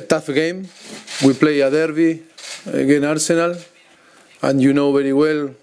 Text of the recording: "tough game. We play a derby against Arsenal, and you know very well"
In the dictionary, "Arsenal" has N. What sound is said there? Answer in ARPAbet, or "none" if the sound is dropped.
N